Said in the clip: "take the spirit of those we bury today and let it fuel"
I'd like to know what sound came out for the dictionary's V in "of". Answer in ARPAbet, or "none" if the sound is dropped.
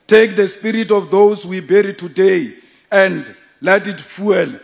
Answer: F